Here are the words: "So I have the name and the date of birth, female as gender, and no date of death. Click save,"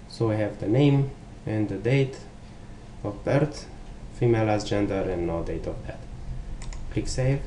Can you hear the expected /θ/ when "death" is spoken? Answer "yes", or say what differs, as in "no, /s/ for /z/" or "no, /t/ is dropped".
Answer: no, /t/ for /θ/